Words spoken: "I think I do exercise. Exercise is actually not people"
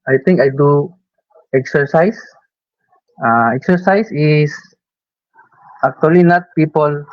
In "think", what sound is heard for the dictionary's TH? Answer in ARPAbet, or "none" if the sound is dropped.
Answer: T